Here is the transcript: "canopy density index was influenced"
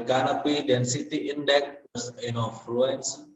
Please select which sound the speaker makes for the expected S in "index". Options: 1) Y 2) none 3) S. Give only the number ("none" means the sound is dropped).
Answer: 2